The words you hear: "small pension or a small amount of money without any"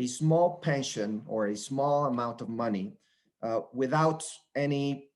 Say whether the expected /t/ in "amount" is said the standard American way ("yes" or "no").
yes